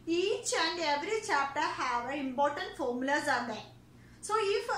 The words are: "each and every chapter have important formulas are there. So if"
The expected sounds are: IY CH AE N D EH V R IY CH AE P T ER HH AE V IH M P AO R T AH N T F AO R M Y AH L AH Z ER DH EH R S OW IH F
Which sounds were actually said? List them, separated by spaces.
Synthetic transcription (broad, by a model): IY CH AE N D EH V R IY CH AE P T ER HH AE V IH M P AO R T AH N T F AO R M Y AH L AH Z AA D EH S OW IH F